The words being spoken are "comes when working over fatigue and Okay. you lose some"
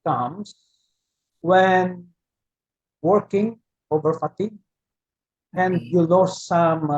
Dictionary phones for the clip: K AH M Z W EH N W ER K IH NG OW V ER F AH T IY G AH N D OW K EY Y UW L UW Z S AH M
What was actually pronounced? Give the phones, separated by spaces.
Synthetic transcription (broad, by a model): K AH M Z W EH N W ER K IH NG OW V ER F AH T IY G AH N D Y UW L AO S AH M